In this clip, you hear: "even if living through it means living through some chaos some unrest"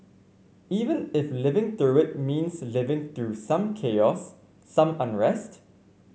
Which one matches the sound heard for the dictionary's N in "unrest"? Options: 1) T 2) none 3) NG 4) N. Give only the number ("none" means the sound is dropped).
4